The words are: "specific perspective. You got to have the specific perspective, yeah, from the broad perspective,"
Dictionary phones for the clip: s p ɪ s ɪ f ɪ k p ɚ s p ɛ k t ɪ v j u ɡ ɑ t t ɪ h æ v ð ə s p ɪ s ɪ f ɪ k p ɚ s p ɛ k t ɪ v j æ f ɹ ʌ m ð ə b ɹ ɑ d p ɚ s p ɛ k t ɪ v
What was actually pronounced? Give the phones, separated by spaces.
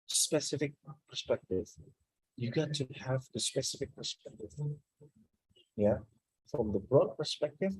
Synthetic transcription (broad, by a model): s p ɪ s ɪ f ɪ k p ɚ s p ɛ k t ɪ v j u ɡ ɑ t t ɪ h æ v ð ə s p ɪ s ɪ f ɪ k p ɚ s p ɛ k t ɪ v j æ f ɹ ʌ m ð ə b ɹ ɑ d p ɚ s p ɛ k t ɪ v